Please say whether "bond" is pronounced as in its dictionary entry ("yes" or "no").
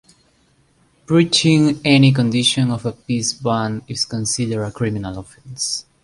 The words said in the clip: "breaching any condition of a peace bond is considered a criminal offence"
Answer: no